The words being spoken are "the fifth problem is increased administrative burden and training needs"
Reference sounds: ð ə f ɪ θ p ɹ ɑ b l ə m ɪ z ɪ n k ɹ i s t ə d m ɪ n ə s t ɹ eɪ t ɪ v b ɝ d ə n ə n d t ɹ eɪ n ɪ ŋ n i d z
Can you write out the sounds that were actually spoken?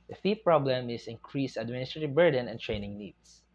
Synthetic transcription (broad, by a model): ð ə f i p ɹ ɑ b l ə m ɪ s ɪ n k ɹ i s ə d m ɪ n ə s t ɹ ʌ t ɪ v b ɝ d ə n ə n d t ɹ eɪ n ɪ ŋ n i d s